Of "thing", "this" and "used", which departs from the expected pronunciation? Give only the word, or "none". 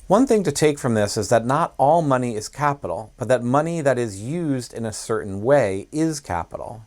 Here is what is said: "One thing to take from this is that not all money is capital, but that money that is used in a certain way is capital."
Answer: none